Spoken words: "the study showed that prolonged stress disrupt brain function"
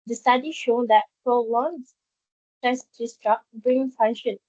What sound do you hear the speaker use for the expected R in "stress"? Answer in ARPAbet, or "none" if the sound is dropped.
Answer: none